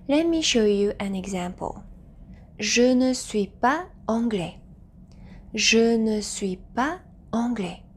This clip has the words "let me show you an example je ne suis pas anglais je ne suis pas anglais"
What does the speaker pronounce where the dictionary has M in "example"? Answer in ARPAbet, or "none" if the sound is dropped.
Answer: M